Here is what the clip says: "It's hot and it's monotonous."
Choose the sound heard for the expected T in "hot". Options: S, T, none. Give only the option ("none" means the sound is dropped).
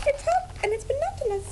none